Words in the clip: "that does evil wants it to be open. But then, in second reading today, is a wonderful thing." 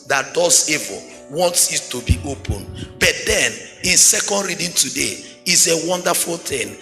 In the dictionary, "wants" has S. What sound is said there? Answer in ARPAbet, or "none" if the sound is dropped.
S